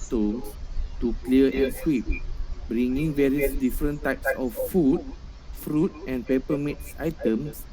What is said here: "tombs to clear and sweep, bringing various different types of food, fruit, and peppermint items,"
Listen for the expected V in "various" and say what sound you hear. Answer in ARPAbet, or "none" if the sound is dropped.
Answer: V